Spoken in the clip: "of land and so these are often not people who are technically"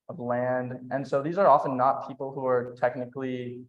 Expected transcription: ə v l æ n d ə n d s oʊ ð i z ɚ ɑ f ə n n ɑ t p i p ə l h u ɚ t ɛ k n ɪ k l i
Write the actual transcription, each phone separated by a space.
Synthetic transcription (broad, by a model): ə v l æ n d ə n s oʊ ð i z ɚ ɑ f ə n n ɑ t p i p l h u ɚ t ɛ k n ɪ k l i